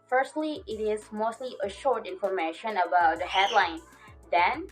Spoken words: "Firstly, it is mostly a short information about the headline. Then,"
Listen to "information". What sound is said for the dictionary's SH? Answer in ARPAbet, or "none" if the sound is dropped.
SH